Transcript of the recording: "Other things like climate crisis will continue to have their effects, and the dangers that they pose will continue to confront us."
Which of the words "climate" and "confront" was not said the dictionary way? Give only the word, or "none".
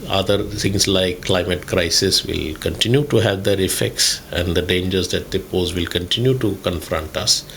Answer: none